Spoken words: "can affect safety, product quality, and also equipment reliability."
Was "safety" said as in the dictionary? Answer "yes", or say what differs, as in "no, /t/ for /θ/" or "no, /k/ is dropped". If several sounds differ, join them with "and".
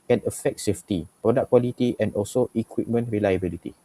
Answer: yes